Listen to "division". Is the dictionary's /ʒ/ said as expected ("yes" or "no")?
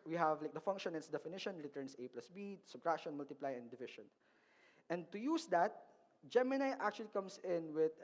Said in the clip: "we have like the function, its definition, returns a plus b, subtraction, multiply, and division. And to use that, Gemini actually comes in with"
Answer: no